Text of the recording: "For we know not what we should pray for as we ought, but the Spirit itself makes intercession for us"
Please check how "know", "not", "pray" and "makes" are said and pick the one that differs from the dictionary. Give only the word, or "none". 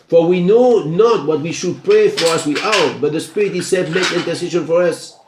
makes